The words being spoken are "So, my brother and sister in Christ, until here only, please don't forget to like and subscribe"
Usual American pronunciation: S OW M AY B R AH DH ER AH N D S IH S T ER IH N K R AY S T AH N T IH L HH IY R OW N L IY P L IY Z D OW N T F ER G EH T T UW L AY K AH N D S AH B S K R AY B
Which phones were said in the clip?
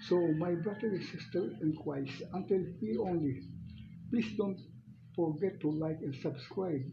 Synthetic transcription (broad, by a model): S OW M AY B R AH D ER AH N S IH S T ER IH N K W AY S AH N T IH L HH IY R OW N L IY P L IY S D OW N T F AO G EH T T UW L AY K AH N S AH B S K R AY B